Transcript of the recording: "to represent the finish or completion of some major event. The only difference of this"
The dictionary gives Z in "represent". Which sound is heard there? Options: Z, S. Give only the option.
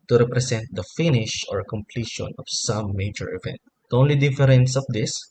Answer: S